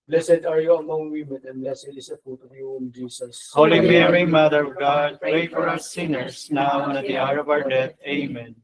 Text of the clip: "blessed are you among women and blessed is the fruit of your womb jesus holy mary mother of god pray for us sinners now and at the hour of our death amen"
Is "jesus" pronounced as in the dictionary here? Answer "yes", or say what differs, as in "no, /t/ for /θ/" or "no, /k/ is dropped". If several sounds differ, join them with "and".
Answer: no, /s/ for /z/